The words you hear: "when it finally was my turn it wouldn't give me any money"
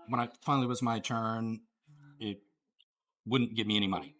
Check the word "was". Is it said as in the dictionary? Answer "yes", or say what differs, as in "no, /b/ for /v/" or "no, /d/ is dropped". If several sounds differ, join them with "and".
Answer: yes